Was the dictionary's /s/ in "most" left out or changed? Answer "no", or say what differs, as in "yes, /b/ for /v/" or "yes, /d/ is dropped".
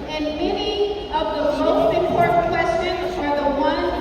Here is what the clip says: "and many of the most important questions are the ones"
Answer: yes, /s/ is dropped